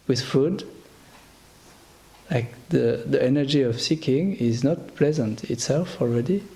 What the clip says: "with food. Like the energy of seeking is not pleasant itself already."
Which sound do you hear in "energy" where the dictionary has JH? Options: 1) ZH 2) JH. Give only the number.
2